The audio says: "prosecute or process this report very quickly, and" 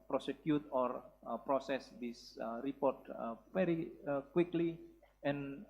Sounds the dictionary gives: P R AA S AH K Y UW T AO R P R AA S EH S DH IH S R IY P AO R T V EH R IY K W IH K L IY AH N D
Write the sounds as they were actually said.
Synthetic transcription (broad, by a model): P R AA S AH K Y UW T AO R P R AA S EH S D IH S R IY P AO R T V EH R IY K W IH K L IY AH N